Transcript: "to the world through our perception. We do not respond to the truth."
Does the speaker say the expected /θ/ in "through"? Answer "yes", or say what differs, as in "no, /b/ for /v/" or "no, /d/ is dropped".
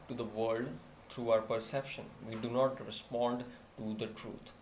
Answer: no, /t/ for /θ/